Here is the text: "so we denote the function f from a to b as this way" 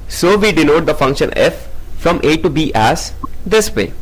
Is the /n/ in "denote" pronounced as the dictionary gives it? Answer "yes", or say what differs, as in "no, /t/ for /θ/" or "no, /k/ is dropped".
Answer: no, /l/ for /n/